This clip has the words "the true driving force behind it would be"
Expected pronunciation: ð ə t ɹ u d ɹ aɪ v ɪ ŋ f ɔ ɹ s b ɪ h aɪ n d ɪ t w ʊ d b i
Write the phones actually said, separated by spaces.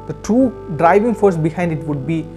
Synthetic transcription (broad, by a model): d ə t u d ɹ aɪ v ɪ ŋ f ɔ ɹ s b ɪ h aɪ n d ɪ t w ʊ d b i